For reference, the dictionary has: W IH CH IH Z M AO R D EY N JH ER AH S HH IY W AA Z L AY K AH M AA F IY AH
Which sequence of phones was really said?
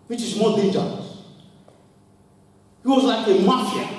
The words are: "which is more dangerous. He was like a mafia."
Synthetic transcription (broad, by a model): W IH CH IH Z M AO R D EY JH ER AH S HH IY W AA Z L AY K AH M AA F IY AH